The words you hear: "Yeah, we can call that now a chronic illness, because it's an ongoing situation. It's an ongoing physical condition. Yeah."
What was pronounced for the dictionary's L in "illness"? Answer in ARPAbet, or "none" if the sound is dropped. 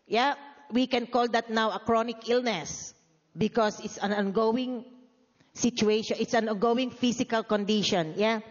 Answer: L